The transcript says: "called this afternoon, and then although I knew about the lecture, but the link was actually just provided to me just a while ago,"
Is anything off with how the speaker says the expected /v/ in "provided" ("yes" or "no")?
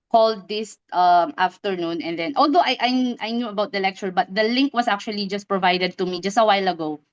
no